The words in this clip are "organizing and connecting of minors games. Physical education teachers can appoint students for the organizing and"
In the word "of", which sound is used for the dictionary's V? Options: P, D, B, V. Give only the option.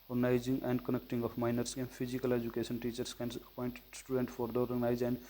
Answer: P